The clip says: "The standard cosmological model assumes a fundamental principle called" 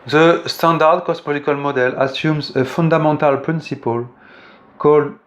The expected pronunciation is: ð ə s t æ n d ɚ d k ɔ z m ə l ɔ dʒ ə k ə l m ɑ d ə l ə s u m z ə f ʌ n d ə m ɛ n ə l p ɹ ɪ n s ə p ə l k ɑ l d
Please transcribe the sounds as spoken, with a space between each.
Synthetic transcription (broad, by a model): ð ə s t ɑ d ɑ d k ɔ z m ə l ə k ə l m ɑ d ə l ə s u m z ə f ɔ d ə m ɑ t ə l p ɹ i n s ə p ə l k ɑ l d